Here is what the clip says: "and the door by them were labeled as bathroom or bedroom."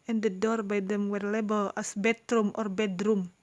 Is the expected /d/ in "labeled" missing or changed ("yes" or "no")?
yes